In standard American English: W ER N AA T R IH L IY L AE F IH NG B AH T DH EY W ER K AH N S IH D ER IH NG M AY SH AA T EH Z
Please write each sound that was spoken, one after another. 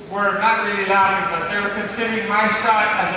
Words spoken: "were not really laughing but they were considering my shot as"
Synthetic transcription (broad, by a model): W ER N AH T R IH L IY L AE IH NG B AH T DH EY W ER K AH N S IH D ER IH NG M AY S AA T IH Z